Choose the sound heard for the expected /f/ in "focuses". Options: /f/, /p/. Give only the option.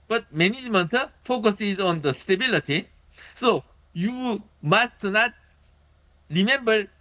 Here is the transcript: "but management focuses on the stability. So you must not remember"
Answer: /f/